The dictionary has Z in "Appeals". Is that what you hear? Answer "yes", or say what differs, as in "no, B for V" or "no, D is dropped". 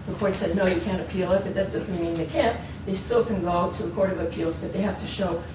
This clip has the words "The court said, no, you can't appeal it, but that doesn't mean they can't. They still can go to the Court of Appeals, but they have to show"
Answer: yes